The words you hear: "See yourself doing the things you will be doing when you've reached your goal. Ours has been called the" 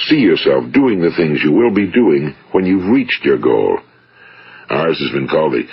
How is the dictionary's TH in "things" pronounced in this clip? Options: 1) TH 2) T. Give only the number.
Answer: 1